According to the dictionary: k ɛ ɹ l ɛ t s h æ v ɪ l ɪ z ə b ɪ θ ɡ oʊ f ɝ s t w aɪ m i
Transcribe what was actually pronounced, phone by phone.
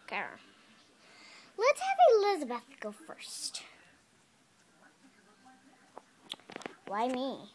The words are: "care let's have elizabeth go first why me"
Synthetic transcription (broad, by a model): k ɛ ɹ l ɛ t s h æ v ɪ l ɪ z ə b ɪ θ ɡ oʊ f ɝ s t w aɪ m i